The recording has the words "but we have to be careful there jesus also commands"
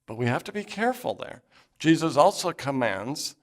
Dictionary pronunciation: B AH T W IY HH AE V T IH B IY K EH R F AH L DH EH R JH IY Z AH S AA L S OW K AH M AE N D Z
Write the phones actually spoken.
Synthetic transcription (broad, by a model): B AH T W IY HH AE F T IH B IY K EH R F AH L DH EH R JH IY Z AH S AA L S OW K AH M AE N D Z